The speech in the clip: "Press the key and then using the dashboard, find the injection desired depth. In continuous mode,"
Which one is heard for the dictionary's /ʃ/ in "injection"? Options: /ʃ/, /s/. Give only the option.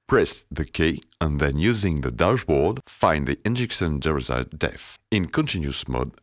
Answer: /s/